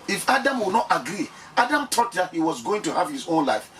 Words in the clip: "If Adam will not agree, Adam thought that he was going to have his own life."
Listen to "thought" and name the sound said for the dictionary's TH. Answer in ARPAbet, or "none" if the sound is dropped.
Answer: T